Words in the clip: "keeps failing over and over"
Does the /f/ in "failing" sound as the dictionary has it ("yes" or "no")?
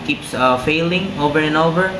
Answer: yes